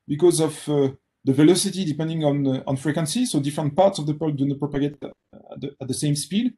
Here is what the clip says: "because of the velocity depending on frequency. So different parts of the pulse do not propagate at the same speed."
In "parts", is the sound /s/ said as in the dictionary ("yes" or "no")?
yes